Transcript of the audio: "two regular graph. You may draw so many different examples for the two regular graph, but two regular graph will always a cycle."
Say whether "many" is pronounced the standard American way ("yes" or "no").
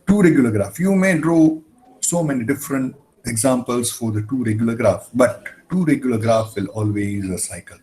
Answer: yes